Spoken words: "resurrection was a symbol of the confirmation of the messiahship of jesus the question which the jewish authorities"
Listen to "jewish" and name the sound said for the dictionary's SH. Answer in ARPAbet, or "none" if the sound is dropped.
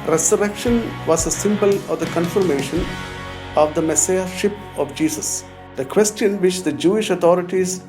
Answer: SH